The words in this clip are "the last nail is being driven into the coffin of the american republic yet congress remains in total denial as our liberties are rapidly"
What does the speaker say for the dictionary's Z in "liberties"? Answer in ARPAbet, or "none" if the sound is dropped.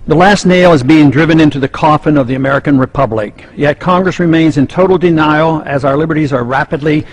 Z